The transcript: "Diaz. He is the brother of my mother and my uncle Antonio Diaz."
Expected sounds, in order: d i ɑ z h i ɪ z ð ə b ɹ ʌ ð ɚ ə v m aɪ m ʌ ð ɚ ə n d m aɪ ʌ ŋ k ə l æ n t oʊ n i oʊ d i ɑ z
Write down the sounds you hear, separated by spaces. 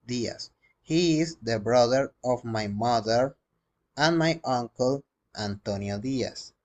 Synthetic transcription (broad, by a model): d i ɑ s h i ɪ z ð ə b ɹ ʌ ð ɚ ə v m aɪ m ʌ ð ɚ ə n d m aɪ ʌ ŋ k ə l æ n t oʊ n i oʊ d i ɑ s